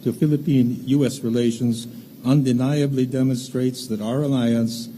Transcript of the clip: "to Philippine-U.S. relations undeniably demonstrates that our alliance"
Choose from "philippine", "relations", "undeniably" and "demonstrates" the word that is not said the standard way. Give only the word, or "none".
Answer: none